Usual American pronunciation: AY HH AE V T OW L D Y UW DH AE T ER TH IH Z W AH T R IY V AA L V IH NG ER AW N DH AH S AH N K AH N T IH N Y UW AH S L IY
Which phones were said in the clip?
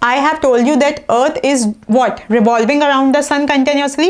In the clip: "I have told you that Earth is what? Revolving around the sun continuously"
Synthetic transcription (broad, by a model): AY HH AE V T OW L D Y UW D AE T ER T IH Z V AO T R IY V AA L V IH NG ER AW N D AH S AH N K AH N T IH N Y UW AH S L IY